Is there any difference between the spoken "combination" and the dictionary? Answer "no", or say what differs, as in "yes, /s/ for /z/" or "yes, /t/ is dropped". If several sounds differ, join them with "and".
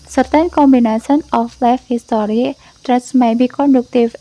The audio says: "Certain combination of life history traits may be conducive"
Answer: yes, /s/ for /ʃ/